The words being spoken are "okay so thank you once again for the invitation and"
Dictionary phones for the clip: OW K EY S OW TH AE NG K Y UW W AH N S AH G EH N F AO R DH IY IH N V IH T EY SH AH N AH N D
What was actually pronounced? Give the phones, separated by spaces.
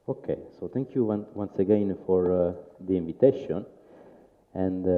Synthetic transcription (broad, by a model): OW K EY S OW T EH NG K Y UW W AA N S AH G EH N F AO R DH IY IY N V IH T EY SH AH N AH N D